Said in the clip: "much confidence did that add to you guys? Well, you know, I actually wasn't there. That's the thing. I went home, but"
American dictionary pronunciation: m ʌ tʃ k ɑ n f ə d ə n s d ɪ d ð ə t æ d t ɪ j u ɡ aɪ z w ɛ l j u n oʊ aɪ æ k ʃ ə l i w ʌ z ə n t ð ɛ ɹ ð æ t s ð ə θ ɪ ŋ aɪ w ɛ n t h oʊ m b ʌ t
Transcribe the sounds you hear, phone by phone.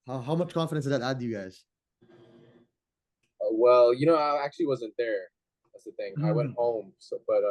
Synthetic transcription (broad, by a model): m ʌ tʃ k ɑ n f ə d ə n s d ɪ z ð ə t æ d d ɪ j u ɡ aɪ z w ɛ l j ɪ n oʊ aɪ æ k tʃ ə l i w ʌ z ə n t ð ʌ ɹ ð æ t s ð ə θ ɪ ŋ aɪ w ɛ n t h oʊ m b ʌ t